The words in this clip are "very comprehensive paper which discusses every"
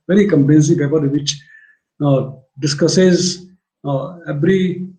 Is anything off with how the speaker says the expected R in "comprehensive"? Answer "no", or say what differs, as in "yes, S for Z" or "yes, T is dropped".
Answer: yes, L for R